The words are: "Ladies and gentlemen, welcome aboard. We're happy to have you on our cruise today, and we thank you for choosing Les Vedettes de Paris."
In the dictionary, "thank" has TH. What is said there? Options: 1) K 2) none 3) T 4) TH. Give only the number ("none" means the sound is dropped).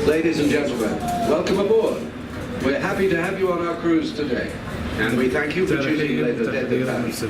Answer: 4